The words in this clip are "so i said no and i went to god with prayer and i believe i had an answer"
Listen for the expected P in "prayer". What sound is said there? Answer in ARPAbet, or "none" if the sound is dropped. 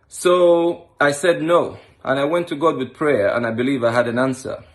P